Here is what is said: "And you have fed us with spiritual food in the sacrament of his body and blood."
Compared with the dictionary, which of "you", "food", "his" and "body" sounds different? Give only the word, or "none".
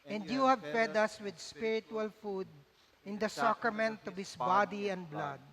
his